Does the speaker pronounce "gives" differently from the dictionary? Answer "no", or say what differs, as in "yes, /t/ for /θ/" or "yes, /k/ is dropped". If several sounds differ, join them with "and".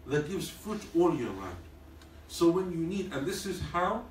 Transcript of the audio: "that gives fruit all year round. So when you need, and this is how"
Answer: no